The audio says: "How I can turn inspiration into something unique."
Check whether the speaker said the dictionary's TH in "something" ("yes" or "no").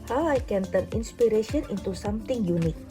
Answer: no